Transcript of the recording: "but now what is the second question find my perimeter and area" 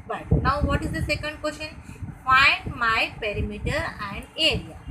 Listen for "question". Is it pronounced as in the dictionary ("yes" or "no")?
no